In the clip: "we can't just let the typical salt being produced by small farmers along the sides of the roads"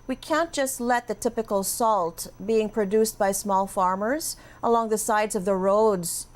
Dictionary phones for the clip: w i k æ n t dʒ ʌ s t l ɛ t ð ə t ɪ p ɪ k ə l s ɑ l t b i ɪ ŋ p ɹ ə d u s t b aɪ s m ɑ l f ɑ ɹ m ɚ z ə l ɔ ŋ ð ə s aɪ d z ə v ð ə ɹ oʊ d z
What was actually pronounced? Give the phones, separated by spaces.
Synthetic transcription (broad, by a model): w i k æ n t dʒ ʌ s t l ɛ t ð ə t ɪ p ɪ k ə l s ɑ l t b i ɪ ŋ p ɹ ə d u s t b aɪ s m ɑ l f ɑ ɹ m ɚ z ə l ɔ ŋ ð ə s aɪ d z ə v ð ə ɹ oʊ d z